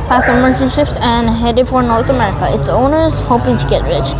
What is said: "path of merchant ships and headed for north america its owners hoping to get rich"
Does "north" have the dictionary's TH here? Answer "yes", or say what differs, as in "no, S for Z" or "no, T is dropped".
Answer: no, T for TH